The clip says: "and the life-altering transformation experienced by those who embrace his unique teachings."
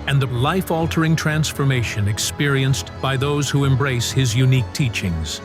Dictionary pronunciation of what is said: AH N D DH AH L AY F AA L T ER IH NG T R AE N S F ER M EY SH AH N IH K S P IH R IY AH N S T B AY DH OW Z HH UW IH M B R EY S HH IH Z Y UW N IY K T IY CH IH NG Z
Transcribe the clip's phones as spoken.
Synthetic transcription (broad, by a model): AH N DH AH L AY F AA L T ER IH NG T R AE N S F ER M EY SH AH N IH K S P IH R IY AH N S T B AY DH OW Z HH UW IH M B R EY S HH IH Z Y UW N IY K T IY CH IH NG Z